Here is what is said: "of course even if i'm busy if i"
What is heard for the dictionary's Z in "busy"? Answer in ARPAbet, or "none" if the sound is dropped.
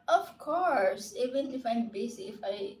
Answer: S